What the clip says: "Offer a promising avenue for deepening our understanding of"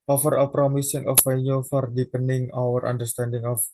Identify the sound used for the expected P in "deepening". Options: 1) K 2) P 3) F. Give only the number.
2